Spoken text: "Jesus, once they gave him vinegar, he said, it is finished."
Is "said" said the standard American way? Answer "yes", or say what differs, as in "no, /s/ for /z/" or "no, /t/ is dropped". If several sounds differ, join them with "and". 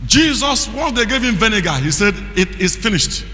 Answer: yes